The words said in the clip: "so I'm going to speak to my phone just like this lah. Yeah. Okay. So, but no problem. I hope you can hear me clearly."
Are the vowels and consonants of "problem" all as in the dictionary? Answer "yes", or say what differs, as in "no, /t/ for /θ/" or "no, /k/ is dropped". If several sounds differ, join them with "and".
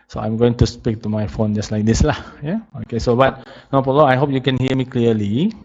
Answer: no, /b/ is dropped and /m/ is dropped